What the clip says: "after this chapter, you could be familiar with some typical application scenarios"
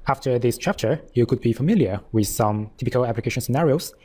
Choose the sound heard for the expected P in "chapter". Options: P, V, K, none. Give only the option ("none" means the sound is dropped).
P